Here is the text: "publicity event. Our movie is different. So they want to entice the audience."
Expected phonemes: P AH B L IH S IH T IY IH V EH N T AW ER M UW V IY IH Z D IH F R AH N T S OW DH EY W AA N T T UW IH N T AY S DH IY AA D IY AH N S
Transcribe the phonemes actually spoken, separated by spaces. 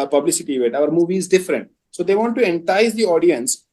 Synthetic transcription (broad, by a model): P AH B L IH S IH T IY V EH T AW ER M UW V IY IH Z D IH F R AH N T S OW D EY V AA N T T UW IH N T AY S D IY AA D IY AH N S